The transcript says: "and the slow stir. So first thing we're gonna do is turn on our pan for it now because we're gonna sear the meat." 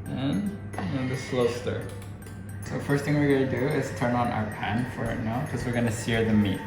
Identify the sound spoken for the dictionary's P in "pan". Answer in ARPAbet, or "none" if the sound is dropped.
P